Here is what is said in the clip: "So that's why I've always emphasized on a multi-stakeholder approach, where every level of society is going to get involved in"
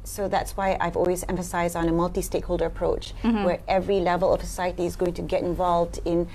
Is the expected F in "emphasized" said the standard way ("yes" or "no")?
yes